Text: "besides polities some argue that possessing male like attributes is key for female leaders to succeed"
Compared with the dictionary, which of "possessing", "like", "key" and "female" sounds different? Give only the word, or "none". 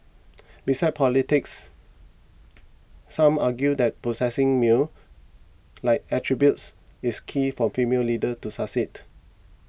possessing